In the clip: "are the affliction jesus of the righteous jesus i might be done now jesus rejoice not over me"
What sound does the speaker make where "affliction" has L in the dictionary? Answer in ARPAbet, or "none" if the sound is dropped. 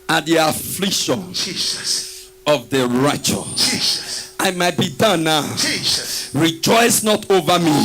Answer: L